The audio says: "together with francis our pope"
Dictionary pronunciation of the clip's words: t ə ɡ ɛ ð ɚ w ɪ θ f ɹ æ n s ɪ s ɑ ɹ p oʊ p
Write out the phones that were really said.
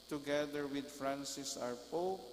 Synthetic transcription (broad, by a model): t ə ɡ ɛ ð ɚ w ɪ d f ɹ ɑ n s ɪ s ɑ ɹ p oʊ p